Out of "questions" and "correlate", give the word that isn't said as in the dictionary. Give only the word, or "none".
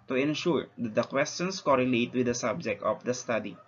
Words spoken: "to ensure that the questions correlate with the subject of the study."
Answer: questions